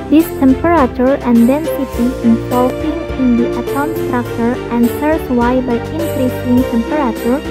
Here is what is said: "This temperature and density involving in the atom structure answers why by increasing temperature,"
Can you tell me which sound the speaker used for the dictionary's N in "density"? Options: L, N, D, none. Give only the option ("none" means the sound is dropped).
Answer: N